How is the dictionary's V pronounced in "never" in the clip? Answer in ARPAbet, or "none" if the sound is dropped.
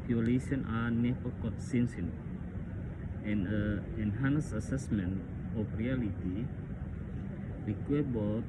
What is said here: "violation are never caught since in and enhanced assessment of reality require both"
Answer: none